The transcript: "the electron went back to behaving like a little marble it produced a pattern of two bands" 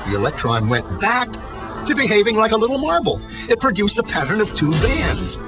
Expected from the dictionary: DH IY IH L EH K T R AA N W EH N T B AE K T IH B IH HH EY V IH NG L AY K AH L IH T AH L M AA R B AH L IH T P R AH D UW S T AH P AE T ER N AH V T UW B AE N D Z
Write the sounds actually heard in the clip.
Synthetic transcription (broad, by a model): DH IY IH L EH K T R AA N W EH N B AE K T IH B IH HH EY V IH NG L AY K AH L IH T L M AA R B L IH T P R AH D UW S T AH P AE T ER N AH V T UW B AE N D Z